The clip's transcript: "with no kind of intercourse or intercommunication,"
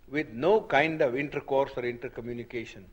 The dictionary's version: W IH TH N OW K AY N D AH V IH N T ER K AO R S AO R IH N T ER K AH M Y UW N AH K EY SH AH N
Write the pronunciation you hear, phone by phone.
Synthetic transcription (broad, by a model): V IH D N OW K AY N D AH V IH N T ER K AO R S AO R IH N T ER K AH M Y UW N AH K EY SH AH N